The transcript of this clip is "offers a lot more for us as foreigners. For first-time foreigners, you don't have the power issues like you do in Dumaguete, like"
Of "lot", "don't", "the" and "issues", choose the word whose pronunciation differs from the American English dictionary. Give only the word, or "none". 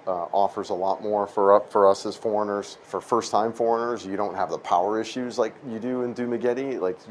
none